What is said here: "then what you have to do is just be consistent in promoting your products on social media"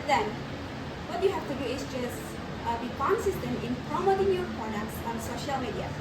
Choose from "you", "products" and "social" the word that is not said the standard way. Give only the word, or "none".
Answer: products